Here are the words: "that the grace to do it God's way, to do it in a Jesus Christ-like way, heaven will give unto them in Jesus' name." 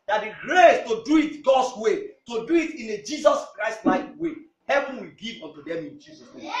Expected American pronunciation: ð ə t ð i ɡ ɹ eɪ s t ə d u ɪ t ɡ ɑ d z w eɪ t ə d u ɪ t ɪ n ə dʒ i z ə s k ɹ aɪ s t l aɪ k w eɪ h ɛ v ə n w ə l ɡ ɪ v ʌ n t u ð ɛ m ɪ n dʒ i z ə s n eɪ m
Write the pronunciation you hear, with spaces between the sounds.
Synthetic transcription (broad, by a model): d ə t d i ɡ ɹ eɪ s t ə d u ɪ t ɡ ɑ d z w eɪ t ə d u ɪ t ɪ n ə dʒ i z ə s k ɹ aɪ s t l aɪ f w eɪ h ɛ v ə n w ə l ɡ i v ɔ n t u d ɛ m ɪ n dʒ i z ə s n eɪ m